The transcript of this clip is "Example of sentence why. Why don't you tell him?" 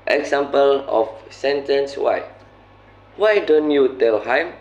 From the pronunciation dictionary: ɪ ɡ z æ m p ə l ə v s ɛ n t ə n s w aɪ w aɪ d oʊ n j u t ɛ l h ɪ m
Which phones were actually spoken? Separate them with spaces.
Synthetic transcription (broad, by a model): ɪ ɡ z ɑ m p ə l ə f s ɛ n t ə n s w aɪ w aɪ d oʊ n j u t ɛ l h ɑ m